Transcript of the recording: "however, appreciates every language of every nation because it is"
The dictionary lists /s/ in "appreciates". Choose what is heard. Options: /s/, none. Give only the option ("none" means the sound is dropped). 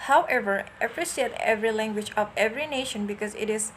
none